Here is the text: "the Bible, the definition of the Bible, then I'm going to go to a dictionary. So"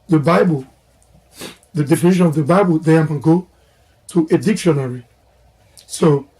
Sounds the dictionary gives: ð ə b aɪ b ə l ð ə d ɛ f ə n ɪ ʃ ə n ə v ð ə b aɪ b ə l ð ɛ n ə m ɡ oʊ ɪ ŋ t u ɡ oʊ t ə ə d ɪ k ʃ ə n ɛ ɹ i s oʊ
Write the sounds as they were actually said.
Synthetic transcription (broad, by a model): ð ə b aɪ b ə l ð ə d ɛ f ə n ɪ ʃ ə n ə v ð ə b aɪ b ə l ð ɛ ə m ɡ oʊ t u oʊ t ə d ɪ k ʃ ə n ɛ ɹ i s oʊ